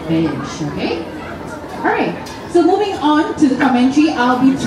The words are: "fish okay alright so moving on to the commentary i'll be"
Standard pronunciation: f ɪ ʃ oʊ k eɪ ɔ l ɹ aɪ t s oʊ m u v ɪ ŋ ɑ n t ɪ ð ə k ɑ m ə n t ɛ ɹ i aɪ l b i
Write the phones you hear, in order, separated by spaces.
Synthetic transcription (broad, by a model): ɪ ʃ oʊ k eɪ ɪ ɹ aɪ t s oʊ m u v ɪ ŋ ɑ n t ɪ ð ə k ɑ m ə n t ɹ i aɪ l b i